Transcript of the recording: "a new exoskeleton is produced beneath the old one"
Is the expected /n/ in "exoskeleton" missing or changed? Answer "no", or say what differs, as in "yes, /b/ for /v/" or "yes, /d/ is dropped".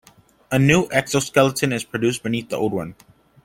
no